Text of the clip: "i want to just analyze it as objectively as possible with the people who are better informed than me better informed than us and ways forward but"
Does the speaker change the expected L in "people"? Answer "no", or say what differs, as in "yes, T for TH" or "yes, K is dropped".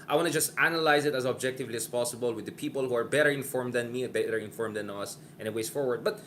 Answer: no